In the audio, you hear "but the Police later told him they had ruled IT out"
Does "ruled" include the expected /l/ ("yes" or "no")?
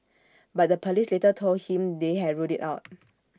no